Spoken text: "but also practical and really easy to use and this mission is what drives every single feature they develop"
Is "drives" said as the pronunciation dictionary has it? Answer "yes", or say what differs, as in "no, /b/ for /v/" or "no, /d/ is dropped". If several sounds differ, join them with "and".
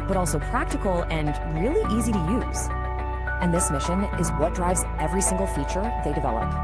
yes